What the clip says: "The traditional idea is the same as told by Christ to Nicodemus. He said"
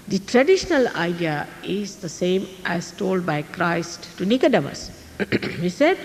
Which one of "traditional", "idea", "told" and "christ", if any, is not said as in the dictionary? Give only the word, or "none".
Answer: none